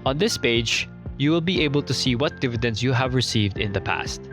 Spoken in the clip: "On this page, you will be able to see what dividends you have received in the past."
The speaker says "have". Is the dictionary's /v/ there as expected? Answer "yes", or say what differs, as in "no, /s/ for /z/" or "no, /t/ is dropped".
yes